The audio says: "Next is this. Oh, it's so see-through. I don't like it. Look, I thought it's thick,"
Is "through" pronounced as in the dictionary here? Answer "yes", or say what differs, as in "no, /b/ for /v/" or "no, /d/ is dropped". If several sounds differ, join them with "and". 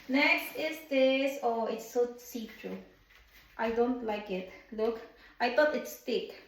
no, /t/ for /θ/